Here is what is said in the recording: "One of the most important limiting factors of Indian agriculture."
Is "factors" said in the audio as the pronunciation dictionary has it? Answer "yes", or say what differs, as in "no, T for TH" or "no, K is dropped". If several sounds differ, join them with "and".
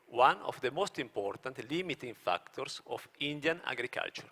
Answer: no, S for Z